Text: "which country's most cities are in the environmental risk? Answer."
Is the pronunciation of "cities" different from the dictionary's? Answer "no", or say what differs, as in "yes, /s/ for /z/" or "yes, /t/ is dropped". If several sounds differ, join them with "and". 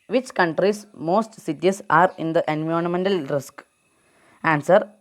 yes, /s/ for /z/